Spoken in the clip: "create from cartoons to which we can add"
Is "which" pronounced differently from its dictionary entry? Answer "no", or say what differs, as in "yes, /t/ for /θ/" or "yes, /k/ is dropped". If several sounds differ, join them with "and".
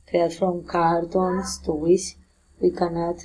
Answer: yes, /s/ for /tʃ/